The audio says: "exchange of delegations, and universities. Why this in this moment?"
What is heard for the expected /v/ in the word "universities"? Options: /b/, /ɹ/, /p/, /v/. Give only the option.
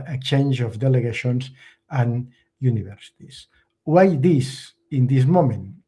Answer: /b/